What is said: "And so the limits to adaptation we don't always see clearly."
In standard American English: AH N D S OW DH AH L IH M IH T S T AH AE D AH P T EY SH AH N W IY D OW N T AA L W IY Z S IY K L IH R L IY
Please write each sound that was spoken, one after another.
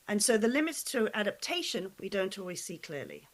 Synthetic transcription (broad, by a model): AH N S OW DH AH L IH M IH T S T AH AE D AH P T EY SH AH N W IY D OW N T AA L W IY Z S IY K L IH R L IY